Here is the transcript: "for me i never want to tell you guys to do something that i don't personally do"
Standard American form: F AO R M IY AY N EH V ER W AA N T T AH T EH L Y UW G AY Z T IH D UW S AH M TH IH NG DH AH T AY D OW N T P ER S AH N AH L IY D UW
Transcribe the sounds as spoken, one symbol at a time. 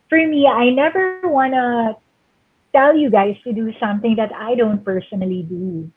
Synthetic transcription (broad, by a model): F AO R M IY AY N EH V ER W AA N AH T EH L Y UW G AY S T IH D UW S AH M TH IH NG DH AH T AY D OW N T P ER S AH N AH L IY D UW